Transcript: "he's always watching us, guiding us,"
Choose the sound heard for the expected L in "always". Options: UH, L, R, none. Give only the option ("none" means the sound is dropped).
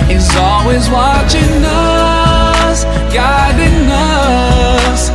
L